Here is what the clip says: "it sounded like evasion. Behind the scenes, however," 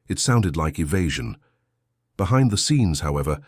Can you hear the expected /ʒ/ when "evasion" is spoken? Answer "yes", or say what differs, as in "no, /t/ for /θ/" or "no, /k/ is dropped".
yes